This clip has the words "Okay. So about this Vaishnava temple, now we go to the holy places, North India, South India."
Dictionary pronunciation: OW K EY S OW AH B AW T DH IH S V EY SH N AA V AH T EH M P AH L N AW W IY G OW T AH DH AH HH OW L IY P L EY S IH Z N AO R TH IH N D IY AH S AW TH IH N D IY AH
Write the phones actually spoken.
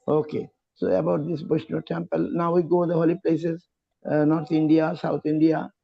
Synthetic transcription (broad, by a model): OW K EY S OW AH B AW T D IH S B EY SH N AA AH T EH M P AH L N AW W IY G OW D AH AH HH OW L IY P L EY S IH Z N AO R T IH N D IY AH S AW T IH N D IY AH